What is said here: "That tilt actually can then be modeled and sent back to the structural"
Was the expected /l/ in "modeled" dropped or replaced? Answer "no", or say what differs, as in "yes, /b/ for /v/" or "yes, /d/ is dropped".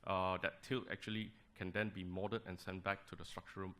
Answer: yes, /l/ is dropped